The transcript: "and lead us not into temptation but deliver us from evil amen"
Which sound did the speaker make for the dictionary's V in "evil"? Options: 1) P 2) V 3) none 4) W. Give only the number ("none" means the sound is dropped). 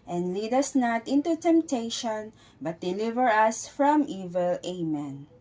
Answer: 2